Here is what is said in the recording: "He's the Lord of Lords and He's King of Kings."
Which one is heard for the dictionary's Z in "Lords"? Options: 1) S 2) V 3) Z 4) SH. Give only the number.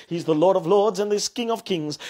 3